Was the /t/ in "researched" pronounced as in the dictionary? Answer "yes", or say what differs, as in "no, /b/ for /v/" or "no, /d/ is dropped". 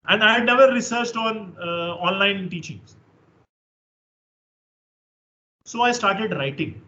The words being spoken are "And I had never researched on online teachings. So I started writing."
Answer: yes